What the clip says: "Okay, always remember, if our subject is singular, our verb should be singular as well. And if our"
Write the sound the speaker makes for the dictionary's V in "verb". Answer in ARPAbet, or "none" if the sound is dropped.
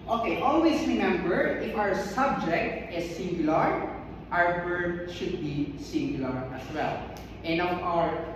B